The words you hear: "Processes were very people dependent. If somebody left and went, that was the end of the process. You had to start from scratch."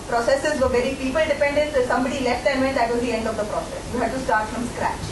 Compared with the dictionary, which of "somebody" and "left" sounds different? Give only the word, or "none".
none